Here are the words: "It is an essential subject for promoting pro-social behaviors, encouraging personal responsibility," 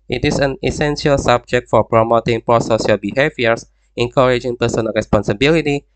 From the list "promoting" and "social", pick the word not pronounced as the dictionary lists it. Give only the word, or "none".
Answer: social